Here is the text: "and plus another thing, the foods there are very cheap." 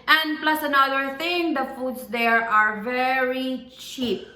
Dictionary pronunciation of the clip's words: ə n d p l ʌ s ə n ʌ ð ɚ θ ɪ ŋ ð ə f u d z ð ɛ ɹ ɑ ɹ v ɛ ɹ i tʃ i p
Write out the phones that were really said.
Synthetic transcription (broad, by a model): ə n d p l ʌ s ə n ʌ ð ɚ t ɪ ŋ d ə f u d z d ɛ ɹ ɑ ɹ v ɛ ɹ i tʃ i p